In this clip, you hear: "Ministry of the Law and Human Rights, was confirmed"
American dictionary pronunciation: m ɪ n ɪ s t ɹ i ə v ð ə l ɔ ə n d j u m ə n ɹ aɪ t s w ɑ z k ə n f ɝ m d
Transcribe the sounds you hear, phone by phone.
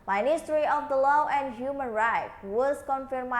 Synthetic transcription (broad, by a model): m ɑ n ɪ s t ɹ i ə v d ə l ɔ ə n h j u m ə n ɹ aɪ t w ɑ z k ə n f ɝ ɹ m